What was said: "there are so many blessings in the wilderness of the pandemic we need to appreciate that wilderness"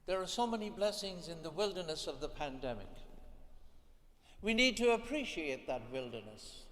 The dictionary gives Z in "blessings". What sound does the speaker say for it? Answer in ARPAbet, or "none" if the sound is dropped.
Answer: Z